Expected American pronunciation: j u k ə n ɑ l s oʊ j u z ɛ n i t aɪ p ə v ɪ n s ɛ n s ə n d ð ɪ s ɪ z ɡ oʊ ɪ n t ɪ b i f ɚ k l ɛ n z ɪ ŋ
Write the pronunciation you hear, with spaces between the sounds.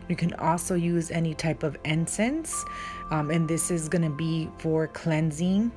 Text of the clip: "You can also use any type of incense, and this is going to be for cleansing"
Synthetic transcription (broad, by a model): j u k ə n ɑ l s oʊ j u z ɛ n i t aɪ p ə v ɪ n s ɛ n s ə n ð ɪ s ɪ z ɡ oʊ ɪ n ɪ b i f ɚ k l ɛ n z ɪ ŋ